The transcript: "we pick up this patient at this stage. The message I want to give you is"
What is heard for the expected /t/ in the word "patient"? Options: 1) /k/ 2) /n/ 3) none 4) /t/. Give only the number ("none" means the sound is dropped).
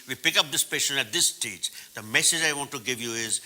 3